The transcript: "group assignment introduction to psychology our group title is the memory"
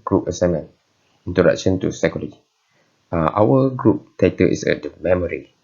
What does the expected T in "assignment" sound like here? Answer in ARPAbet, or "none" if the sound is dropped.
none